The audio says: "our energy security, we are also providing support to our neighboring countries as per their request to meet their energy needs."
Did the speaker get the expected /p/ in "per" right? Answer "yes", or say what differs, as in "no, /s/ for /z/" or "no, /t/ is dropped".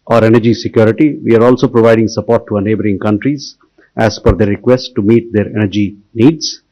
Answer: no, /f/ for /p/